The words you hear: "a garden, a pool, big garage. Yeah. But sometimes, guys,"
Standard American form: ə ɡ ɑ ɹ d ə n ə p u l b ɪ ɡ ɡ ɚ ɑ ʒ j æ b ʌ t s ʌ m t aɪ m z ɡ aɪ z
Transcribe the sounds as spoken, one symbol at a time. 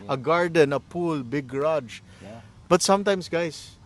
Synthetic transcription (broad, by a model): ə ɡ ɑ ɹ d ə n ə p u l b ɪ ɡ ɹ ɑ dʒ b ʌ t s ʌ m t aɪ m s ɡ aɪ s